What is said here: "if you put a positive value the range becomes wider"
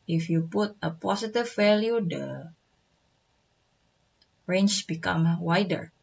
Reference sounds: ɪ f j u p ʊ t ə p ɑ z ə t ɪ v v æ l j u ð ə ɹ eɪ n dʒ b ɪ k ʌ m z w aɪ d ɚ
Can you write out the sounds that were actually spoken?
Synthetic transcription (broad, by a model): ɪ f j u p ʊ t ə p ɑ s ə t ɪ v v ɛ l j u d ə ɹ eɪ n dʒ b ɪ k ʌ m w aɪ d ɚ